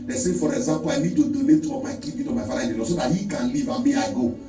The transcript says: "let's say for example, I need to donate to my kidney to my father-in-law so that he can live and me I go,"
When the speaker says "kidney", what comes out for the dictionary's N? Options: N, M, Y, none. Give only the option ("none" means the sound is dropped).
none